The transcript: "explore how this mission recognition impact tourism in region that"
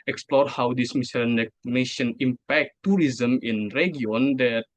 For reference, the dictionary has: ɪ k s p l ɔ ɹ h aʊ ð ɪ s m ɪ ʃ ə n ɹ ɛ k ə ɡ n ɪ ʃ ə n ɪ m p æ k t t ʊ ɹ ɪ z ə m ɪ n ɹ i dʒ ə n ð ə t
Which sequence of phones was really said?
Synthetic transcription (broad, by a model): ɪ k s p l ɔ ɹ h aʊ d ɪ s m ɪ s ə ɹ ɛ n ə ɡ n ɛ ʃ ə n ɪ m p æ k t t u ɹ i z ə m ɪ n ɹ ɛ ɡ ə n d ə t